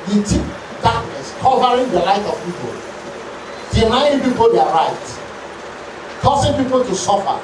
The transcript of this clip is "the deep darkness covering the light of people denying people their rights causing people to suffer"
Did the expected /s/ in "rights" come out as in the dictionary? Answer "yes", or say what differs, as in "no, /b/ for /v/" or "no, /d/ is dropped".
no, /s/ is dropped